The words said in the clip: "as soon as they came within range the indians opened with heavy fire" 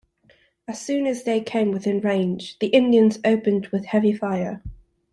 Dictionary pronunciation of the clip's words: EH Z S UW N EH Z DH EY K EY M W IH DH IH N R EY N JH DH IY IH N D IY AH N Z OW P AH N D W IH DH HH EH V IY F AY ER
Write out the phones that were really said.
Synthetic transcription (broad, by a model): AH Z S UW N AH Z DH EY K EY M W IH DH IH N R EY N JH DH IY IH N D IY AH N Z OW P AH N D W IH DH HH EH V IY F AY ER